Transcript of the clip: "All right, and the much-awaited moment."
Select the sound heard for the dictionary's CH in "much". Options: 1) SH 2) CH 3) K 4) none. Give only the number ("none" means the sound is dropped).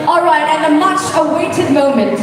2